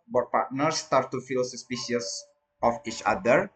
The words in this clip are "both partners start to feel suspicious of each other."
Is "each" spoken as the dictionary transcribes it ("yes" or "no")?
yes